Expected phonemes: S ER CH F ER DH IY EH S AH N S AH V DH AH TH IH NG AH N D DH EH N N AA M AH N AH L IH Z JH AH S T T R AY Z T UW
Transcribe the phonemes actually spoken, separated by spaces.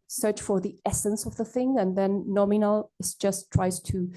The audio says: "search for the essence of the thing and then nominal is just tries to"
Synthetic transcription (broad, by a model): S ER CH F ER DH IY EH S AH N S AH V DH AH TH IH NG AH N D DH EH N N AA M AH N AH L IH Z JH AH S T T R AY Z T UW